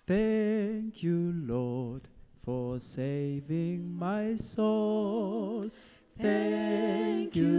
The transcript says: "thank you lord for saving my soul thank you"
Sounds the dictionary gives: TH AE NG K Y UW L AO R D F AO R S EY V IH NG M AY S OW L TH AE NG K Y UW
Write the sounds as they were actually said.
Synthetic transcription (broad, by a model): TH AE NG K Y UW L AO R D F AO R S EY V IH NG M AY S OW L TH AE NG K Y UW